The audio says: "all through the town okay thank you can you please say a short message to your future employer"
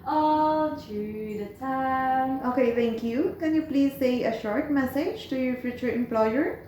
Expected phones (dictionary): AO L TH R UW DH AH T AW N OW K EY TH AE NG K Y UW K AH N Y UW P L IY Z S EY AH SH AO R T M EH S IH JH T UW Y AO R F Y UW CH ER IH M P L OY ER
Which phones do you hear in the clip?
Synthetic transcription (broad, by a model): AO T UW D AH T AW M OW K EY T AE NG K Y UW K AH N Y UW P L IY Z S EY AH SH AO R T M EH S IH JH T UW Y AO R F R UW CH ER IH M P L OY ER